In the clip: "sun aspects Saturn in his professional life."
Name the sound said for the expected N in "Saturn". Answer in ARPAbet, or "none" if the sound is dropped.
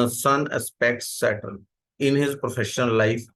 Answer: L